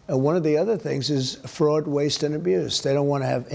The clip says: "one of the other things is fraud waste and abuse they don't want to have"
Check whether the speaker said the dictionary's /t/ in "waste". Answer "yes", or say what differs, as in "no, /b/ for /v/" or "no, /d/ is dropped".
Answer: yes